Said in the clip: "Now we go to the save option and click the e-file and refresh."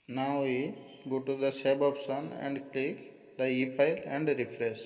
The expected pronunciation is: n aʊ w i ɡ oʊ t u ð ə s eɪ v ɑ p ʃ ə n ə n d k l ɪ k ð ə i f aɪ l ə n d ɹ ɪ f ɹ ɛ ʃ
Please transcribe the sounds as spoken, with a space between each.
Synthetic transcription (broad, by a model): n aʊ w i ɡ oʊ t u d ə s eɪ b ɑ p s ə n ə n d k l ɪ k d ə i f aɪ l ə n d ɹ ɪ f ɹ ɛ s